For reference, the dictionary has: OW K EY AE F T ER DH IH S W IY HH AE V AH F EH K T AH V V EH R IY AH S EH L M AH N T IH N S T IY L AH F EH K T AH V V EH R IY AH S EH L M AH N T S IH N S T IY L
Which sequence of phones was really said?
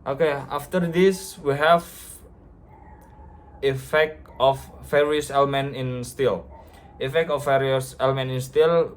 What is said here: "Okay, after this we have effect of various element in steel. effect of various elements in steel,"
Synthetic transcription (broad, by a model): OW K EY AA F T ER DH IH S W IY HH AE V AH F EH K T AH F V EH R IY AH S EH L M AH N T IH N S T IY L AH F EH K T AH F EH R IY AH S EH L M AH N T IH N S T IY L